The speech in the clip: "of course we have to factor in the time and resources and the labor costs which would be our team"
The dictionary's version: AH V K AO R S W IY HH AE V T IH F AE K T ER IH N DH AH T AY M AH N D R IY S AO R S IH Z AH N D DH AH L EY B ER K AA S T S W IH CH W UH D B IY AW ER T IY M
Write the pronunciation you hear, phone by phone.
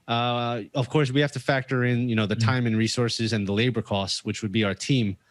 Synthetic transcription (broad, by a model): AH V K AO R S W IY HH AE F T IH F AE K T ER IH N DH AH T AY M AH N R IY S AO R S IH Z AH N DH AH L EY B ER K AA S S W IH CH W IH D B IY AW ER T IY M